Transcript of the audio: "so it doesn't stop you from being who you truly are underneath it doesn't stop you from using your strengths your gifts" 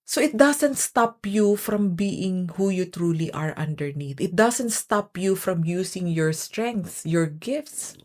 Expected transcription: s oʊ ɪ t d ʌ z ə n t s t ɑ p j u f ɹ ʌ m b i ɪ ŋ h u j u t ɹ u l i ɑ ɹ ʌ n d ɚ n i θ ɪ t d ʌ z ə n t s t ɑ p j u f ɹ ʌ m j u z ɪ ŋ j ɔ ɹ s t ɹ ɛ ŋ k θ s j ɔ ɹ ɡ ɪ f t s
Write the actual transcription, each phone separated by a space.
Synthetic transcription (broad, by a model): s oʊ ɪ t d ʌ s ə n t s t ɑ p j u f ɹ ʌ m b i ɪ ŋ h u j u t ɹ u l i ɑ ɹ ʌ n d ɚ n i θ ɪ t d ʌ s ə n t s t ɑ p j u f ɹ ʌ m j u s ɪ ŋ j ɔ ɹ s t ɹ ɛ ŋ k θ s j ɔ ɹ ɡ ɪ f t s